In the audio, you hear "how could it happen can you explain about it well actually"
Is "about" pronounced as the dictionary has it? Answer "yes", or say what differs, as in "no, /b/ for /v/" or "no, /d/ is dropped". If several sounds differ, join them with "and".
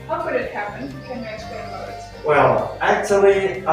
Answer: no, /b/ is dropped